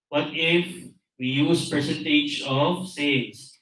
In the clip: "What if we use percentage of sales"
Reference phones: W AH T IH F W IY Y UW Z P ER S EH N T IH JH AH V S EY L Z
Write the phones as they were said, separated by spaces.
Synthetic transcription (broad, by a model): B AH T IH F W IY Y UW Z P ER S EH N T IH JH AH V S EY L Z